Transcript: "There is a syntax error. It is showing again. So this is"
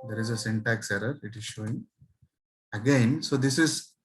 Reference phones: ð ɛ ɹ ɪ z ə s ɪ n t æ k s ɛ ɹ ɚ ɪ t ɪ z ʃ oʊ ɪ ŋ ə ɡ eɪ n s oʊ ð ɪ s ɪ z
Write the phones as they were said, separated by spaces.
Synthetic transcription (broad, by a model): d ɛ ɹ ɪ z ə s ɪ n t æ k s ɛ ɹ ɚ ɪ t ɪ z ʃ oʊ ɪ ŋ ə ɡ eɪ n s oʊ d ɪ s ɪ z